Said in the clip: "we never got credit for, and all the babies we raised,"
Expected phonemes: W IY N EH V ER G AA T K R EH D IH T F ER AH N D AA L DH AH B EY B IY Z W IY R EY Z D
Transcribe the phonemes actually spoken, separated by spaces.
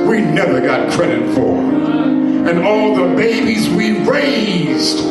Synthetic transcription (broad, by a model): W IY N EH V ER G AA T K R EH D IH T F ER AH N AA L DH AH B EY B IY Z W IY R EY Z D